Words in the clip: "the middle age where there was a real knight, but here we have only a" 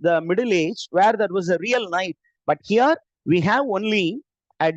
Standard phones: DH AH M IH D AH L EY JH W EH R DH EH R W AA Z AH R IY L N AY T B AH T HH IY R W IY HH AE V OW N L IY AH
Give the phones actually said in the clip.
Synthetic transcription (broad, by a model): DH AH M IH D AH L EY JH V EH R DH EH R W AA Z AH R IY L N AY T B AH T HH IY R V IY HH AE V OW N L IY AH